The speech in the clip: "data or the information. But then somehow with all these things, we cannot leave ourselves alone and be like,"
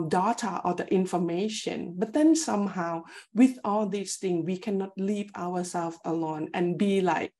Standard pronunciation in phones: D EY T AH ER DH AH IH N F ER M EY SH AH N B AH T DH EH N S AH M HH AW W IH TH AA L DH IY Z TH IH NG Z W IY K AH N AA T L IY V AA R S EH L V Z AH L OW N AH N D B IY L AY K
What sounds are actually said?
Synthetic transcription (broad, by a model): D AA T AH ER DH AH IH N F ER M EY SH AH N B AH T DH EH N S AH M HH AW W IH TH AA L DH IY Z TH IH NG W IY K AH N AA T L IY V AA W S EH L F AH L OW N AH N B IY L AY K